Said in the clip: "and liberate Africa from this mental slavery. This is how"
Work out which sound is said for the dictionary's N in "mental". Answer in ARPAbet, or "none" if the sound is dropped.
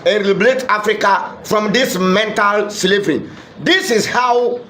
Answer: N